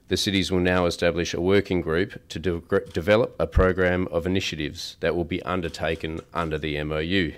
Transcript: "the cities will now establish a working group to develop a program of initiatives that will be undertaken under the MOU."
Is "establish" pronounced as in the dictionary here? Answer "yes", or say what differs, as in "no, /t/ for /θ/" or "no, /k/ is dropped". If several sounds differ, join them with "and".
yes